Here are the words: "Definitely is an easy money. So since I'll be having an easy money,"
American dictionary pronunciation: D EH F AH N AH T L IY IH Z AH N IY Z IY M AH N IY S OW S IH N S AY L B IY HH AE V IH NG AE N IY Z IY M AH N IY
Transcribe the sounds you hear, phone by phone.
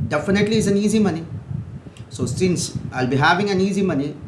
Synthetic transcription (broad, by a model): D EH F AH N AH T L IY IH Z AH N IY Z IY M AH N IY S OW S IH N S AY L B IY HH AE V IH NG AE N IY Z IY M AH N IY